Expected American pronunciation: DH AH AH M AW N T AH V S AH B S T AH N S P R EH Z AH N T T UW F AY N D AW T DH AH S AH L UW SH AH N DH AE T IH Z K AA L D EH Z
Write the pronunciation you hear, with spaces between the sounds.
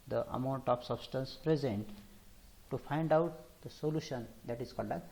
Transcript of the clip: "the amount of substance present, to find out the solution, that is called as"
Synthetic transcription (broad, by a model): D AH AH M AW N T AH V S AH B S T AH N S P R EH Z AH N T T UW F AY N D AW T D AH S AH L UW SH AH N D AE T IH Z K AA L D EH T